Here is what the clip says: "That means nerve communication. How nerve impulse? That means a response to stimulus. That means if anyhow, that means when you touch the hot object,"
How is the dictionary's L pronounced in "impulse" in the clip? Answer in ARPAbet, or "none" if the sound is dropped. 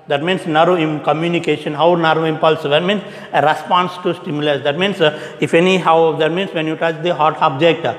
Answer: L